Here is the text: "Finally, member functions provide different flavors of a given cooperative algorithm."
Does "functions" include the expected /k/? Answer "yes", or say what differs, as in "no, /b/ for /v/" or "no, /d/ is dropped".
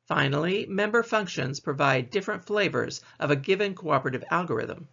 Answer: yes